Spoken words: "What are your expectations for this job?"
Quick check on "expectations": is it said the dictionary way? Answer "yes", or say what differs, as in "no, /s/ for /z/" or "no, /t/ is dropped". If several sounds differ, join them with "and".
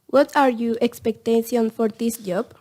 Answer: no, /z/ is dropped